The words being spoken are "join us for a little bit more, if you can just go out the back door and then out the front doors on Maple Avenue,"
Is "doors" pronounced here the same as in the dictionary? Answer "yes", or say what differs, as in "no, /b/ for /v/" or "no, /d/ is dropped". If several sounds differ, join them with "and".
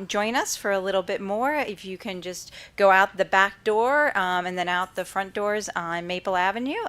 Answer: yes